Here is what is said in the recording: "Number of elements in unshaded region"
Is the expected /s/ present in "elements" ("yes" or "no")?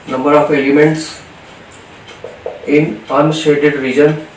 yes